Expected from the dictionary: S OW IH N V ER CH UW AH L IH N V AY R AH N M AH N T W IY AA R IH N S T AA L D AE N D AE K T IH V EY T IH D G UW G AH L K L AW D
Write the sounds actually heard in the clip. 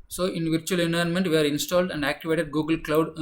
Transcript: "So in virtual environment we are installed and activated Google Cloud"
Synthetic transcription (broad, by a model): S OW IH N V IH CH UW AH L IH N AY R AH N M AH N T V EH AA R IH N S T AA L D AE N D AE K T IH V EY T IH D G UW G AH L K L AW D